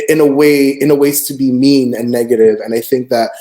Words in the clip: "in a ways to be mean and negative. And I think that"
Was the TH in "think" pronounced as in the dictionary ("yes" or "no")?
yes